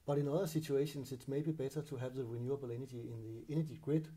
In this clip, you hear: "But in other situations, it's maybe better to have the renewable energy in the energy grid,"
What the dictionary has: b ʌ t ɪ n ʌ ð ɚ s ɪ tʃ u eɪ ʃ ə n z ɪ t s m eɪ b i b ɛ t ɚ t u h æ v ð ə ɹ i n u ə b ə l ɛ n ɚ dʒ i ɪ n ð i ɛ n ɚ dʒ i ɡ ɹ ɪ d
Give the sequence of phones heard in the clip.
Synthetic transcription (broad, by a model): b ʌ t ɪ n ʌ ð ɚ s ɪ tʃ u eɪ ʃ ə n s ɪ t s m eɪ b i b ɛ t ɚ t u h æ v ð ə ɹ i n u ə b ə l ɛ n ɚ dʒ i ɪ n ð i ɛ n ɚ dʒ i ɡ ɹ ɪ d